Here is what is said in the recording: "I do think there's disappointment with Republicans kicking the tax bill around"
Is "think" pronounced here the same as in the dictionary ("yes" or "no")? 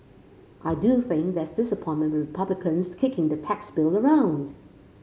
yes